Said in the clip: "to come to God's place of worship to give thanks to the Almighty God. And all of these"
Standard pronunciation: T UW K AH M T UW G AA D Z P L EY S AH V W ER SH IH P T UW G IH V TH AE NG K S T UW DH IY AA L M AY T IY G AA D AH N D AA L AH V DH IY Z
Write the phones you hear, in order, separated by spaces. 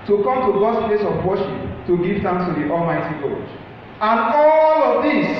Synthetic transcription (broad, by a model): T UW K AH M T UW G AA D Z P L EY S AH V W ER SH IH P T UW G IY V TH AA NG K S T UW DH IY AA L M AY T IY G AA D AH N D AA L AH V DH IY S